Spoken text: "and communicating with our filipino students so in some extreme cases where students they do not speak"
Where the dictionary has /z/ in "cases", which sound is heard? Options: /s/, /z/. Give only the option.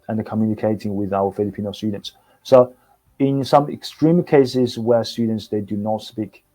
/z/